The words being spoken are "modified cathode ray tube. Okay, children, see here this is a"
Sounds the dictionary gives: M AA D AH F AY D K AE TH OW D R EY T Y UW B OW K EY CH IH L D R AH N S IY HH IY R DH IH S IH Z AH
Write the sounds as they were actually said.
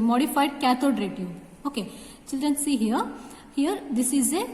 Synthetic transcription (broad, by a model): M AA D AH F AY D K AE T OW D R EY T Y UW OW K EY CH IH L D R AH N S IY HH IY R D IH S IH Z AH